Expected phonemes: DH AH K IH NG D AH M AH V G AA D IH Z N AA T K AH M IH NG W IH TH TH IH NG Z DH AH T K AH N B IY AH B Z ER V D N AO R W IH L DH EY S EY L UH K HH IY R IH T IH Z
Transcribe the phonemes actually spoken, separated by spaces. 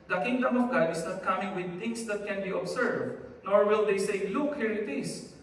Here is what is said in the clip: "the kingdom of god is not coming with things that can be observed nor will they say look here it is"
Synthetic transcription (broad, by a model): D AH K IH NG D AH M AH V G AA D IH S N AA T K AH M IH NG W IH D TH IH NG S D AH T K AH N B IY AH B S ER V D N AO R W IH L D EY S EY L UH K HH IY R IH T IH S